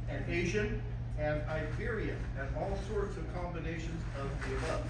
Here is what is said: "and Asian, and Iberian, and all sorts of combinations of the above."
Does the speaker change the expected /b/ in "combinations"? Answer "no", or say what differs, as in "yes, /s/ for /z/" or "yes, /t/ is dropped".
no